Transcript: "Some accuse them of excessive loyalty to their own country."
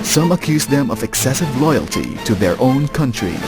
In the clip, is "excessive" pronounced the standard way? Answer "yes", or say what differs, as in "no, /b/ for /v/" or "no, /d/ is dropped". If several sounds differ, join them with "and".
yes